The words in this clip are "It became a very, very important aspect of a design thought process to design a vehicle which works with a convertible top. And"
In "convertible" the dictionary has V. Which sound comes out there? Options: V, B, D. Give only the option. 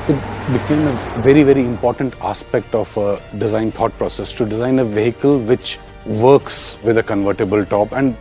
V